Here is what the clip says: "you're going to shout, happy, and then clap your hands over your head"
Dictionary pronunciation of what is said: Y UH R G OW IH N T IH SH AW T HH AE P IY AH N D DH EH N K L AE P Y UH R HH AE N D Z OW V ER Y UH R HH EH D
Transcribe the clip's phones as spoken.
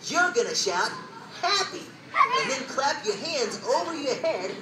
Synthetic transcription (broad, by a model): Y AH R G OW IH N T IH SH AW T HH AE P IY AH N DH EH N K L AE P Y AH R HH AE N D Z OW V ER Y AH R HH EH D